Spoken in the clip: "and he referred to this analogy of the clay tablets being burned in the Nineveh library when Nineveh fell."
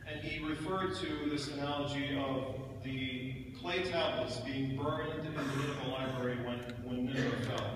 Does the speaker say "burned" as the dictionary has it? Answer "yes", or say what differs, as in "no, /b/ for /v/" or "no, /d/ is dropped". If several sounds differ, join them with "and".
no, /d/ is dropped